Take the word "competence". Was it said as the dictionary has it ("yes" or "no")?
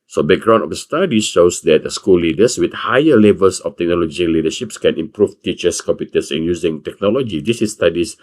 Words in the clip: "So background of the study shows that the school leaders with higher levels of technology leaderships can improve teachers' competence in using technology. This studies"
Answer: no